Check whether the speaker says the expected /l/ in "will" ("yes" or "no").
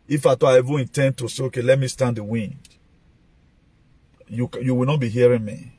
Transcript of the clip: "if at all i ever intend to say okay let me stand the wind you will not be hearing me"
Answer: no